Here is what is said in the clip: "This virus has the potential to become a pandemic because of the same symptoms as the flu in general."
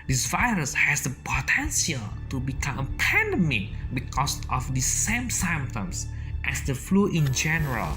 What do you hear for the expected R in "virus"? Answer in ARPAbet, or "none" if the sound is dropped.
R